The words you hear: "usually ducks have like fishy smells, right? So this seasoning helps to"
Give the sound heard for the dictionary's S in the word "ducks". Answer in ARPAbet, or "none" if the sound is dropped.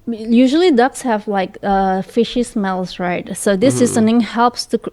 S